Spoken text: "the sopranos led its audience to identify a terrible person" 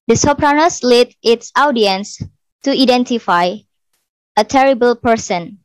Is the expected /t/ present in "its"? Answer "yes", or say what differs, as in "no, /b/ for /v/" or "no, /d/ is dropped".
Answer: yes